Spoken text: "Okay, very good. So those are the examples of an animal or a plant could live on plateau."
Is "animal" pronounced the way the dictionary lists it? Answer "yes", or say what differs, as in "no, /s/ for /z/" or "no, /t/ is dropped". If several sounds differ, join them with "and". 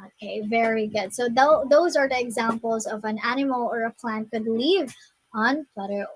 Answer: yes